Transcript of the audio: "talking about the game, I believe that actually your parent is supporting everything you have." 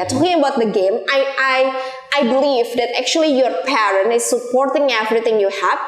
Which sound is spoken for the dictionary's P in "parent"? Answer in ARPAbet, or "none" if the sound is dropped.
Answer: P